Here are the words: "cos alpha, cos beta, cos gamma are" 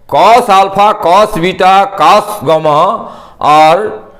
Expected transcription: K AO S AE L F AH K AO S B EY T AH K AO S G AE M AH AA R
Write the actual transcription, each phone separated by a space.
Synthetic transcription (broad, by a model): K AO S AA L P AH K AO S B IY T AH K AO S G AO M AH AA R